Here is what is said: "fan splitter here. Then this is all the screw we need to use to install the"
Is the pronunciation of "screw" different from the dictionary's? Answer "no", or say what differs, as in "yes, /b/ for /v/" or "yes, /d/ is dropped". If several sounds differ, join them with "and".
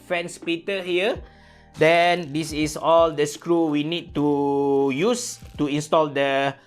no